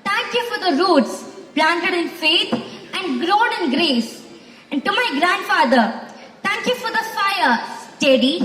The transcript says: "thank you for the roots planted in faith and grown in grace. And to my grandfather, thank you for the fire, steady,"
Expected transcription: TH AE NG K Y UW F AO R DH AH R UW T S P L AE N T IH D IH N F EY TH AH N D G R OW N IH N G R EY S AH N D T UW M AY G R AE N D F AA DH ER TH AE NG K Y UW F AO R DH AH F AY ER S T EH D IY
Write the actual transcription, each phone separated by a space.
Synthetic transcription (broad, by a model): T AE NG K Y UW F AO R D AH R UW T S P L AE N T IH D IH N F EY T AH N D G R OW N IH N G R EY S AH N D T UW M AY G R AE N D F AA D ER T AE NG K Y UW F AO R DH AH F AY ER S T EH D IY